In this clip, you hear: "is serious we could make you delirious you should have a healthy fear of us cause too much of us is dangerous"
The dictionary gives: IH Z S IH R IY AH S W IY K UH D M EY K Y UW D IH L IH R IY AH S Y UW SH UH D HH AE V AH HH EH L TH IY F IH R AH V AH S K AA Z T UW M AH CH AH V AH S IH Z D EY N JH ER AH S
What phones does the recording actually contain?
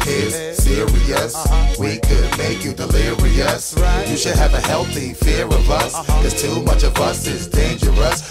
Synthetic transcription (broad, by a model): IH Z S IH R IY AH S W IY K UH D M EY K Y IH D IH L IH R IY AH S Y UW SH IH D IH V AH HH EH L TH IY F IH R AH V AH S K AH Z T UW M AH CH AH V AH S IH Z D EY N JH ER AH S